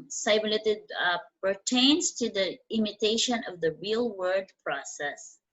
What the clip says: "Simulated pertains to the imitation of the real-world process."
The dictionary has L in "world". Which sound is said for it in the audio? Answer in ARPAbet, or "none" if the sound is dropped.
none